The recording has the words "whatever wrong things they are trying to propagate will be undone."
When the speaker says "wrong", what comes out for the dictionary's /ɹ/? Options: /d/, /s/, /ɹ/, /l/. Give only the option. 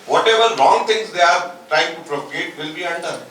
/l/